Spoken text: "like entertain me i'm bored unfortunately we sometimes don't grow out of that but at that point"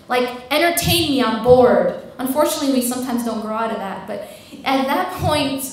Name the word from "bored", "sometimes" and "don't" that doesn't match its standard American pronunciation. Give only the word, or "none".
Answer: none